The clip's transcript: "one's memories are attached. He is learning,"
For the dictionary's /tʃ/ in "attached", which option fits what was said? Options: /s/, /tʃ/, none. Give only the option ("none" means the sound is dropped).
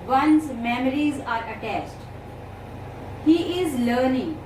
/s/